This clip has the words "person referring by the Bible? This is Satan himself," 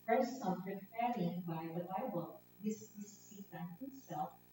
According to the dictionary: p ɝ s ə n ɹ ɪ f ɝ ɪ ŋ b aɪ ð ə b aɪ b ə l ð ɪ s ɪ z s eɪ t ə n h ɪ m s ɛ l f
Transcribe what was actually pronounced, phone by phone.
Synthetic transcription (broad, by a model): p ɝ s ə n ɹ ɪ p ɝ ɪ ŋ b aɪ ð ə b aɪ b ə l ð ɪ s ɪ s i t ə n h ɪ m s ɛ l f